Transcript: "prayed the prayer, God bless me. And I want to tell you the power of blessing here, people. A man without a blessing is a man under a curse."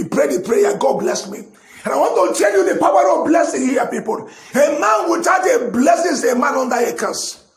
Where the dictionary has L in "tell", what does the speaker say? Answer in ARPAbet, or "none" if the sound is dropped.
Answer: N